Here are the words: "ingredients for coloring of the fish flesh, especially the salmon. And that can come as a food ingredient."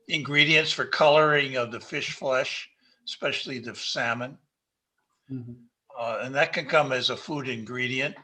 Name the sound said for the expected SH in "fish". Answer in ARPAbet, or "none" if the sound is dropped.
SH